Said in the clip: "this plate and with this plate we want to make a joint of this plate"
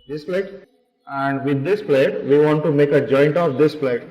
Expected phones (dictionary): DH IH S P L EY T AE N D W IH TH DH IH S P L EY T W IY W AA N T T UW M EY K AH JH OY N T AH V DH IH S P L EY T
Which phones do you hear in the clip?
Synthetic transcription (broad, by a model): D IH S P L EY T AE N D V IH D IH S P L EY T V IY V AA N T T UW M EY K AH JH OY N T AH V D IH S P L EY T